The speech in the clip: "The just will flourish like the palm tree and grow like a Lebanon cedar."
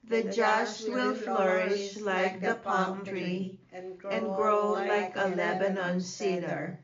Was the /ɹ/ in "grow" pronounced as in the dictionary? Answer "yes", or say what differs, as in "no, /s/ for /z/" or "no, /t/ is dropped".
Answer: yes